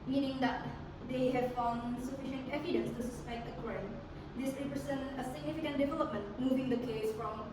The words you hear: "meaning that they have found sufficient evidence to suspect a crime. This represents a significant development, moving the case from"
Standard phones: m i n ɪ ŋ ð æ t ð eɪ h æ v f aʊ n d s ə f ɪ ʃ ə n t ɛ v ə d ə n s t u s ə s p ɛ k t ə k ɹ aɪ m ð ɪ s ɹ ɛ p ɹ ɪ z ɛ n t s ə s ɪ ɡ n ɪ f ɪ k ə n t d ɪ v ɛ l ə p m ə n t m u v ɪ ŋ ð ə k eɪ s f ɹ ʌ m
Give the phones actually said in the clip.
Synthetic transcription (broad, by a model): m i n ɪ ŋ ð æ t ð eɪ h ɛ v f aʊ n d s ə f ɪ ʃ ə n t ɛ v ə d ə n s t u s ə s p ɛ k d ə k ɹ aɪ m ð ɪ s ɹ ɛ p ɹ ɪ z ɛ n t ə s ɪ ɡ n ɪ f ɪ k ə n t d ɪ v ɛ l ə p m ə n t m u v ɪ ŋ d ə k eɪ s f ɹ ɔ m